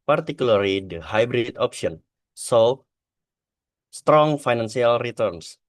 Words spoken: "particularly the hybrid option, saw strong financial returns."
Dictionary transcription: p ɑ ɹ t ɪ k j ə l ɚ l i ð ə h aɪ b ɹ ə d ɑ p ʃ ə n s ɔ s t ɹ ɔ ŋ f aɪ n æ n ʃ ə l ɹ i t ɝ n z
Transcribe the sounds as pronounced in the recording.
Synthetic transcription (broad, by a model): p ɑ ɹ t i k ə l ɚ l i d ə h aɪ b ɹ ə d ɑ p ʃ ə n s ɔ s t ɹ ɔ ŋ f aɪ n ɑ n s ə l ɹ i t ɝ n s